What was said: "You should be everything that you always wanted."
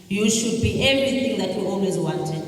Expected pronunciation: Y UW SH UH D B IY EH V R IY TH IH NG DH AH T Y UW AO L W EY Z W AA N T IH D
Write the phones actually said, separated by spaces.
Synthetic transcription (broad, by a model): Y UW SH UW D B IY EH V IY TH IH NG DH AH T Y UW AO L W EY Z W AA N T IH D